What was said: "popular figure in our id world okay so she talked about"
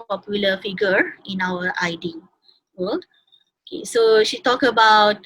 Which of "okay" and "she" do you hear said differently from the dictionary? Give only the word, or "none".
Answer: none